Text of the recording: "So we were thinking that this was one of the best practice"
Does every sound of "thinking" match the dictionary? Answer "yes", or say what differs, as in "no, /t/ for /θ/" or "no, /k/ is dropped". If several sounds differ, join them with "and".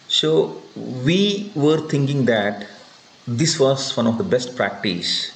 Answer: no, /t/ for /θ/